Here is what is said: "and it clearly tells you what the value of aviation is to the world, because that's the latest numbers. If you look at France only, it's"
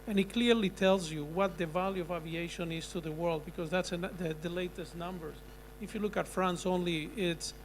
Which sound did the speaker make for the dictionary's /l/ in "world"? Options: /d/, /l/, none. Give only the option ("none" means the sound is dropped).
/l/